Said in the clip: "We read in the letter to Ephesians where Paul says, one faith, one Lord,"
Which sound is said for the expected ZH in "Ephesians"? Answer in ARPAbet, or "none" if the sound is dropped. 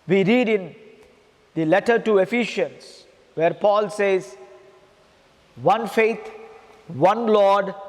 SH